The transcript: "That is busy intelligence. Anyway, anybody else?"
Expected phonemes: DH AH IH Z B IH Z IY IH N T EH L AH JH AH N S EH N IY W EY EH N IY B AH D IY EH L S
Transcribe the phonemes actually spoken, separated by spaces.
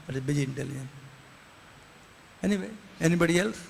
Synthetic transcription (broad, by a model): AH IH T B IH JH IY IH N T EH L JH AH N EH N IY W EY EH N IY B AH D IY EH L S